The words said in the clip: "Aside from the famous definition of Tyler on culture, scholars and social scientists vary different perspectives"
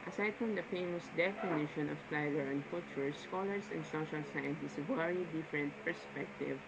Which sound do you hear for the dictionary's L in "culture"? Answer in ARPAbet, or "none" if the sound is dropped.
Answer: none